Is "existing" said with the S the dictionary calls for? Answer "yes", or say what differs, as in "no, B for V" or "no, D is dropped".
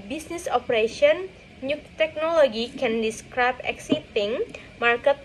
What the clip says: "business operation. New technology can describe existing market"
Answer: no, S is dropped